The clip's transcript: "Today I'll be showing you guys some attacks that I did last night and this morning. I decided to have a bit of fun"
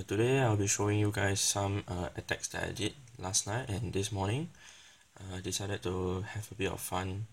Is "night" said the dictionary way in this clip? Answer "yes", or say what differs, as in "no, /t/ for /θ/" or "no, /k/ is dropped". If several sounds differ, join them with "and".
yes